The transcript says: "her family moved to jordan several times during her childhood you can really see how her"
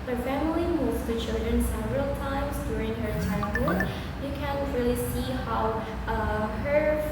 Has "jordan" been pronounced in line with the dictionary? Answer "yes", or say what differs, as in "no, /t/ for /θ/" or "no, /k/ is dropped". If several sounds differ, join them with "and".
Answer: no, /tʃ/ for /dʒ/ and /l/ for /ɹ/